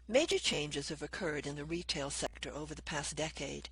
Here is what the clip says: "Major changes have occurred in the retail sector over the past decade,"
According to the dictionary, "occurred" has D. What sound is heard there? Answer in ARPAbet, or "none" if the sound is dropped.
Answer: D